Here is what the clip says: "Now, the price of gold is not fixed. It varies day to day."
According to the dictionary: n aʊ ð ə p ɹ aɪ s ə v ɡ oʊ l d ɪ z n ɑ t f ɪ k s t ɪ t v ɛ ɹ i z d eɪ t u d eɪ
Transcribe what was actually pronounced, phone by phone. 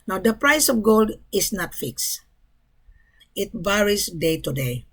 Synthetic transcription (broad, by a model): n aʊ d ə p ɹ aɪ s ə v ɡ oʊ l d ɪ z n ɑ t f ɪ k s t ɪ t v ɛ ɹ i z d eɪ t u d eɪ